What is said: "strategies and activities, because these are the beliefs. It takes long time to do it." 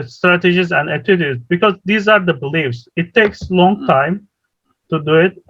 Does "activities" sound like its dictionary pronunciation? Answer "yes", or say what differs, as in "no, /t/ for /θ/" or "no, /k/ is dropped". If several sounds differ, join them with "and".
no, /k/ is dropped